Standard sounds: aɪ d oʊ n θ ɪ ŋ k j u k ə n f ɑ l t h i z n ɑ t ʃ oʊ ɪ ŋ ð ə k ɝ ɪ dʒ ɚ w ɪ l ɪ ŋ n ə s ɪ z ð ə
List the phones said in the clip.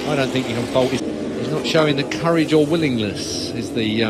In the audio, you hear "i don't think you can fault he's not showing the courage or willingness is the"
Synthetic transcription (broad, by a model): aɪ d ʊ n θ ɪ ŋ k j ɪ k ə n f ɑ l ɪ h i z n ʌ t ʃ oʊ ɪ ŋ ð ə k ɝ ɪ dʒ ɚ w ɪ l ɪ ŋ n ə s ɪ z ð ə